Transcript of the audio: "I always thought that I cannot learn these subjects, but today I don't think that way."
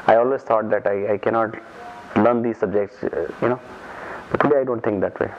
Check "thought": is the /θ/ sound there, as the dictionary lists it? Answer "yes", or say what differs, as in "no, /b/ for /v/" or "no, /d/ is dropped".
no, /t/ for /θ/